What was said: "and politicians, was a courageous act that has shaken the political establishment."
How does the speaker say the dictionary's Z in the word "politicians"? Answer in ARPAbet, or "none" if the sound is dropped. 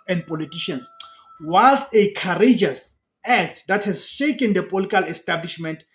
S